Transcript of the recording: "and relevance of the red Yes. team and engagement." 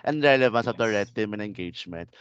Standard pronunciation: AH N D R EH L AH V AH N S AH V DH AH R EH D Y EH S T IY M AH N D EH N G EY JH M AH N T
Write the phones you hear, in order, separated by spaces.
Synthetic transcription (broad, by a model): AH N D R EH L AH V AH N S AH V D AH R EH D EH T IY M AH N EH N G EY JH M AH N T